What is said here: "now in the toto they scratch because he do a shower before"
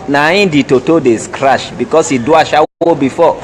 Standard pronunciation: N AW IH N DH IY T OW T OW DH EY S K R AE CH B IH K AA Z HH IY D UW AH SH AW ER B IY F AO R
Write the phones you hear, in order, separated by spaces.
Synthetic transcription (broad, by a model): N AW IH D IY T OW T OW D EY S K R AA SH B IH K AA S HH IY D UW AH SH AW B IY F AO